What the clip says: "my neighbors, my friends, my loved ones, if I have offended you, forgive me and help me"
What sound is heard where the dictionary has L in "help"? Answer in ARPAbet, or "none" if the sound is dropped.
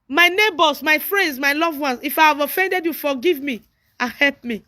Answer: L